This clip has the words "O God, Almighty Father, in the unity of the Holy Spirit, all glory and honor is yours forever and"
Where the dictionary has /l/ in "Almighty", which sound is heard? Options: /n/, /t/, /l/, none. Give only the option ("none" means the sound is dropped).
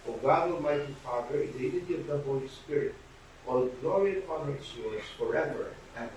none